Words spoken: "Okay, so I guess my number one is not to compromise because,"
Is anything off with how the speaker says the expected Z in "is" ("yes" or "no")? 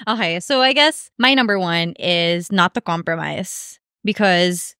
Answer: no